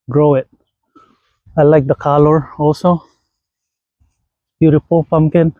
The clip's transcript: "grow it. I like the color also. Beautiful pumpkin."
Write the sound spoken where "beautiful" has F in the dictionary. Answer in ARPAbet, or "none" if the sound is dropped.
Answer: P